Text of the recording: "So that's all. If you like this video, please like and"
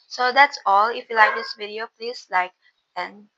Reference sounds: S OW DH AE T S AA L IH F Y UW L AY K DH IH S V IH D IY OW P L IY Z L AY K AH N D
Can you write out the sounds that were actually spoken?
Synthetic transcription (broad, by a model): S OW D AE T S AA L IH F Y UW L AY K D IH S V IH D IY OW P L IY S L AY K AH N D